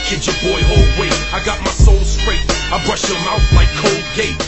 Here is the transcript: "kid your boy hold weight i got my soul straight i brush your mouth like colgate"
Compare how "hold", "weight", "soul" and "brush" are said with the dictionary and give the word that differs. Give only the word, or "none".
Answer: weight